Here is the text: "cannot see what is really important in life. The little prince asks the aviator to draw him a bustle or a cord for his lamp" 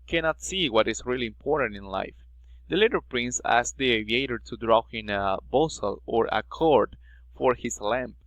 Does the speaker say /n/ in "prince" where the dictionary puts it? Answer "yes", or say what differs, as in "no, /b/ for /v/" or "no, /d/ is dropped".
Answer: yes